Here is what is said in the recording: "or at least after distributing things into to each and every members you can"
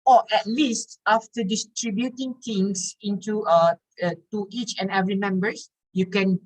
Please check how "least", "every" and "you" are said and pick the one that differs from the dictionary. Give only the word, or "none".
none